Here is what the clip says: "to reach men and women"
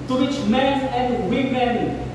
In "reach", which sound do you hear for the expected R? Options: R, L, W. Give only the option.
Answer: W